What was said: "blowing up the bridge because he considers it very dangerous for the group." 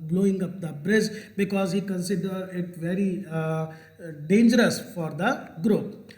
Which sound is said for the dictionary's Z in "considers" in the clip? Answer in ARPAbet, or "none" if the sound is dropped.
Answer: none